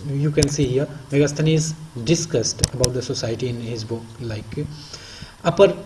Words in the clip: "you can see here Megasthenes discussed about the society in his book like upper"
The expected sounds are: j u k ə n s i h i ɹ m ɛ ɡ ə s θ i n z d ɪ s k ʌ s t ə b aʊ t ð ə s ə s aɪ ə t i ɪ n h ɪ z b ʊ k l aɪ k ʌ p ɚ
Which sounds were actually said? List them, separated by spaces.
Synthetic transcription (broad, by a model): j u k ə n s i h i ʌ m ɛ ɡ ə s t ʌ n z d ɪ s k ʌ s t ə b aʊ t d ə s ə s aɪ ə t i ɪ n h ɪ z b ʊ k l aɪ k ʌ p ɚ